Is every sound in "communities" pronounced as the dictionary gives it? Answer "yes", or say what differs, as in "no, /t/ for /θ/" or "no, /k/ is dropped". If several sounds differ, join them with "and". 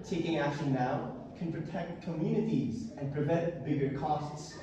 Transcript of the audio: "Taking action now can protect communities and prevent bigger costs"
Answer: yes